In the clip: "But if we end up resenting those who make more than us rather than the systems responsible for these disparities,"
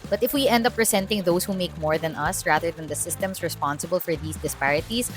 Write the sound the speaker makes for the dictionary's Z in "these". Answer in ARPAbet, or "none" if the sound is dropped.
S